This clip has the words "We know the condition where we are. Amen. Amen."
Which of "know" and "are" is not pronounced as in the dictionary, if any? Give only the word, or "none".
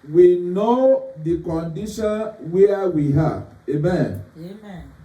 are